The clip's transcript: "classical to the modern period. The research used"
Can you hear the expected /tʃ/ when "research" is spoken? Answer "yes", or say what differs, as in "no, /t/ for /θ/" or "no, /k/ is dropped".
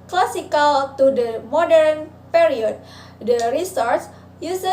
no, /s/ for /tʃ/